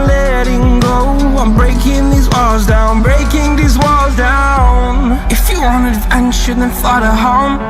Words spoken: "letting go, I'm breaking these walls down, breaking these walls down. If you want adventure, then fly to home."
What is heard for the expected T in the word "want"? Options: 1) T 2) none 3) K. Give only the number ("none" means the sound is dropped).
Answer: 2